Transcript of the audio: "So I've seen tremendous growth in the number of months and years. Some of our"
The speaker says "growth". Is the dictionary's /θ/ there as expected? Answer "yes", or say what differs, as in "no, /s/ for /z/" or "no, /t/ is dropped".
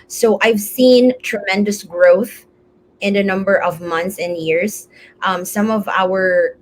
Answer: yes